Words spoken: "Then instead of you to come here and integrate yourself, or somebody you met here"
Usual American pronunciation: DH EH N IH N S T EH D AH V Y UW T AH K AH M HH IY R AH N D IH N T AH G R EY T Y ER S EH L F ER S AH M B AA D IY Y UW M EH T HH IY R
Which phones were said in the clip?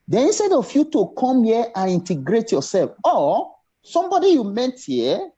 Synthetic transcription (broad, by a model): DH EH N IH N S T EH D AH F Y UW T AH K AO M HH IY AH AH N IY N T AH G R EY T Y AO S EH L F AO S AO M B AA D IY Y UW M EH T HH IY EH